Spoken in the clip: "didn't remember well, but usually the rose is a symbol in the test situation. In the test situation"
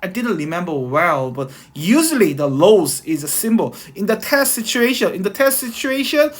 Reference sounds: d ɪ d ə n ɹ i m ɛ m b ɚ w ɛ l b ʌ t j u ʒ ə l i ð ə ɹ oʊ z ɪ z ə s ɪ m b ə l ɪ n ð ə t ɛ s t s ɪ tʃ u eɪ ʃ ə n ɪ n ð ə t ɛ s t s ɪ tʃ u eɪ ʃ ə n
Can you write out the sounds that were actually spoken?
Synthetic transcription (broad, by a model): d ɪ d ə n ɹ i m ɛ m b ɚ w ɛ l b ʌ t j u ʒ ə l i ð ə l oʊ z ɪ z ə s ɪ m b ə l ɪ n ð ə t ɛ s t s ɪ tʃ u eɪ ʃ ə n ɪ n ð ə t ɛ s t s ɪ tʃ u eɪ ʃ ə n